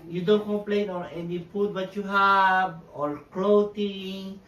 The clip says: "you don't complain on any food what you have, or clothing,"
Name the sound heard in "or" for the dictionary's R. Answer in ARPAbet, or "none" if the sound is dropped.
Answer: L